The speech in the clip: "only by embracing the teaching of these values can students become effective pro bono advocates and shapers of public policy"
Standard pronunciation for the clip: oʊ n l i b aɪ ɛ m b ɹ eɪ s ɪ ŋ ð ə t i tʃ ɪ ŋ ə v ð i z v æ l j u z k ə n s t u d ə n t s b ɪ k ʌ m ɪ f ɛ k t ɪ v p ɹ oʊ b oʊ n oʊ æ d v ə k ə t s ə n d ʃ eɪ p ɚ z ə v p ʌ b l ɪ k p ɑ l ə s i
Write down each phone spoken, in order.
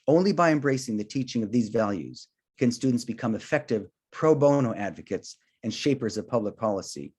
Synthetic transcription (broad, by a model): oʊ n l i b aɪ ɛ m b ɹ eɪ s ɪ ŋ ð ə t i tʃ ɪ ŋ ə v ð i z v æ l j u z k ə n s t u d n t s b ɪ k ʌ m ɪ f ɛ k t ɪ v p ɹ oʊ b oʊ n oʊ æ d v ə k ə t s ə n ʃ eɪ p ɚ z ə v p ʌ b l ɪ k p ɑ l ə s i